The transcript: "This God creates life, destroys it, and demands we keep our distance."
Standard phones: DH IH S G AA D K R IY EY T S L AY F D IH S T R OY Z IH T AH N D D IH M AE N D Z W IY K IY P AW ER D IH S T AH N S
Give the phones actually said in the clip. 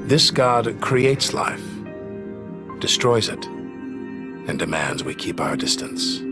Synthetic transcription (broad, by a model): DH IH S G AA D K R IY EY T S L AY F D IH S T R OY Z IH T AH N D D IH M AE N D Z W IY K IY P AW ER D IH S T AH N S